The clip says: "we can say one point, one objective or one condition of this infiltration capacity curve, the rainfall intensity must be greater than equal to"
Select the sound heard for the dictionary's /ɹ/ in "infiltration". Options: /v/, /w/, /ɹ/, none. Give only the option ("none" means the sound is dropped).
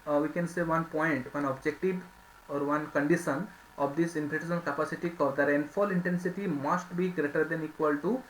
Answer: none